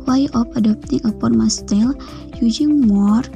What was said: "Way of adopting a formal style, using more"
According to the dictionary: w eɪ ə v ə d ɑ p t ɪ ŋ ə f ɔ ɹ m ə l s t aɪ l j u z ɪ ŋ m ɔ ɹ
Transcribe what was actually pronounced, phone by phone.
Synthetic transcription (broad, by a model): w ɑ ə p ə d ɑ p t ɪ ŋ ə p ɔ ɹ m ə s t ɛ l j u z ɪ ŋ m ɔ ɹ